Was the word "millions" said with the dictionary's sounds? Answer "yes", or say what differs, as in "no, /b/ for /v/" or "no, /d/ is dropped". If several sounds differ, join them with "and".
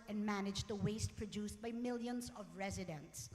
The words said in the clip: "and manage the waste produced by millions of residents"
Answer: yes